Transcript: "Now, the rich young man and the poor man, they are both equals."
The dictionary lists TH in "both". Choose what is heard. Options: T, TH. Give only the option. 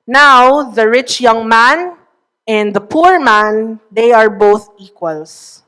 TH